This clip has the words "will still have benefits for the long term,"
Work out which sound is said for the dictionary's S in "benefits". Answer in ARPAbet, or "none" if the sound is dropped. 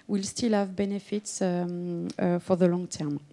S